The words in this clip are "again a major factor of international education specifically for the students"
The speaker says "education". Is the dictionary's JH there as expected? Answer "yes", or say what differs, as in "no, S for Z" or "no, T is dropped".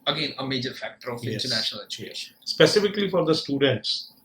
no, CH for JH